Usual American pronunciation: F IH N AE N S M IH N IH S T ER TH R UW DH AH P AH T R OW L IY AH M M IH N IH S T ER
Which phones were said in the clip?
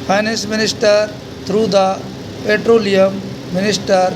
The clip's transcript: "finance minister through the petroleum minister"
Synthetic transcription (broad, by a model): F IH N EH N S M IH N IH S T ER T R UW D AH P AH T R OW L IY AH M M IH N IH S T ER